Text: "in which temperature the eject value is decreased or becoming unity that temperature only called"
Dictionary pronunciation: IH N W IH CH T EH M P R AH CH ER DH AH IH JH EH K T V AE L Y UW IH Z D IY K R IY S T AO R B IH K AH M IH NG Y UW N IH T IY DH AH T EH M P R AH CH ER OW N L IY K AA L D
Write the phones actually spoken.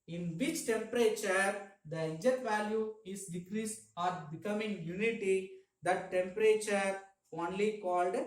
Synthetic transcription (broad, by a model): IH N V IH CH T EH M P R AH CH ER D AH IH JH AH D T V AE L Y UW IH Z D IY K R IY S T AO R B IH K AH M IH NG Y UW N IH T IY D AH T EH M P R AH CH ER OW N L IY K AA L D